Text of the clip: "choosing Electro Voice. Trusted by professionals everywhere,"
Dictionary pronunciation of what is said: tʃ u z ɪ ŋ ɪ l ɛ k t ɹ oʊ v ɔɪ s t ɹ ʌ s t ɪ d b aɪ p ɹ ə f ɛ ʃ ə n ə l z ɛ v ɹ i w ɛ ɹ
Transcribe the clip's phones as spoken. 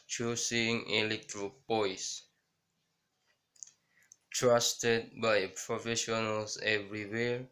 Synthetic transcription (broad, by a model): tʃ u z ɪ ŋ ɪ l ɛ k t ɹ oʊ p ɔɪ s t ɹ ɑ s t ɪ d b aɪ p ɹ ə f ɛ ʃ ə n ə l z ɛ v ɹ i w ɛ ɹ